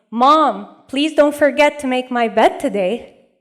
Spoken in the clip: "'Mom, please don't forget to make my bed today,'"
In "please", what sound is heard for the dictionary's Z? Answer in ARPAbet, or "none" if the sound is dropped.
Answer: Z